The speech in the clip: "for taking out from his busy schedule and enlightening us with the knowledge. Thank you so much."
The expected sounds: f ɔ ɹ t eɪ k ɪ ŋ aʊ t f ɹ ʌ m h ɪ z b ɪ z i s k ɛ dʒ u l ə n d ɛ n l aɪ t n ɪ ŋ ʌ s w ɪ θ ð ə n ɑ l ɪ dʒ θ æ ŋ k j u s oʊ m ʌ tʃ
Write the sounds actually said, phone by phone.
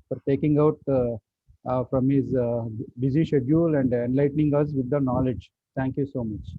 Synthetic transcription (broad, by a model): f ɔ ɹ t eɪ k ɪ ŋ aʊ t f ɹ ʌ m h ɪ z b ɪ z i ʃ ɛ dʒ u l ə n d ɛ n l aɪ t n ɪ ŋ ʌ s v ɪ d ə n ɑ l ɪ dʒ t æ ŋ k j u s oʊ m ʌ tʃ